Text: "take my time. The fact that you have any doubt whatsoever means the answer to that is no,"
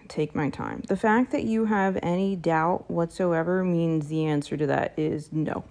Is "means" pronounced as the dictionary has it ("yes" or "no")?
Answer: yes